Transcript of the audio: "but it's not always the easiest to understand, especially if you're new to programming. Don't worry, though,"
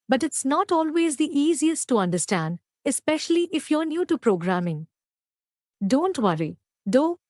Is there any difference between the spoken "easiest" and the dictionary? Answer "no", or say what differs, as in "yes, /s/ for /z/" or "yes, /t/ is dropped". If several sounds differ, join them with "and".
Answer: no